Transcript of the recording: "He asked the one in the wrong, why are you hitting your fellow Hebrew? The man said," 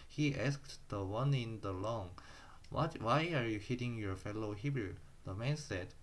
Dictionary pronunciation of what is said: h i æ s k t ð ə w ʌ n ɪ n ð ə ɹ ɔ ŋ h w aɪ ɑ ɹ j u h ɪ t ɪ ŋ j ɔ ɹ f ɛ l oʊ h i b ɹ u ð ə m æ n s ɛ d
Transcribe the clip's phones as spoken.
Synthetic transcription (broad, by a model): h i æ s k t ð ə w ʌ n ɪ n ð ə l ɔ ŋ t w aɪ ɑ ɹ j u h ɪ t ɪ ŋ j ɔ ɹ f ɛ l oʊ h i b ɹ u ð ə m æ n s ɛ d